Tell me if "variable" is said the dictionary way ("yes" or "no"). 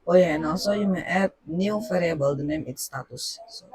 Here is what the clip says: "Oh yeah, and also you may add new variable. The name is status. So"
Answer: no